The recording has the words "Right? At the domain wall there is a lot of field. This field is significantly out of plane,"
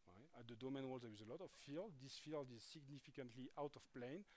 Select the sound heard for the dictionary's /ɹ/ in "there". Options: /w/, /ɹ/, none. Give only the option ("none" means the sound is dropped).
/w/